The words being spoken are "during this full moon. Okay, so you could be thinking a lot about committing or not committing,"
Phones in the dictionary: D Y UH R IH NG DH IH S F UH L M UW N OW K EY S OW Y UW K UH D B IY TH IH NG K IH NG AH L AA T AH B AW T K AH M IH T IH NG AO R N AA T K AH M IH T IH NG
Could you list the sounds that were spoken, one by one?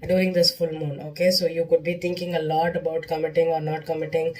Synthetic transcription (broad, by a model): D Y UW R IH NG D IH S F UH L M UW N OW K EY S OW Y UW K UH D B IY T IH NG K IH NG AH L AA T AH B AW T K AH M IH T IH NG AO R N AA T K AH M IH T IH NG